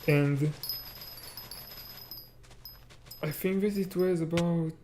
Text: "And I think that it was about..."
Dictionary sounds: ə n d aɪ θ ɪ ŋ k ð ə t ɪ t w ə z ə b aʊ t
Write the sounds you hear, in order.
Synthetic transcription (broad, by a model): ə n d aɪ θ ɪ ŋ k ð ə t ɪ t w ə z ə b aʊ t